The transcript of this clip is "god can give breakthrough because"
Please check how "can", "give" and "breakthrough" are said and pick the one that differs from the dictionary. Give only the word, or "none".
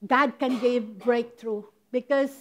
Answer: breakthrough